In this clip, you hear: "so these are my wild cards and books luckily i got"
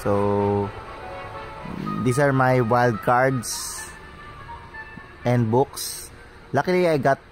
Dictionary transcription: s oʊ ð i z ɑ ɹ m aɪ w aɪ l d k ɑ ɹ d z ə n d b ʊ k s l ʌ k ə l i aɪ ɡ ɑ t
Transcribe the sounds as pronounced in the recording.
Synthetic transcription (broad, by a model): s oʊ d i s ɑ ɹ m aɪ w aɪ l d k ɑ ɹ d s ə n d b ʊ k s l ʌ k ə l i aɪ ɡ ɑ t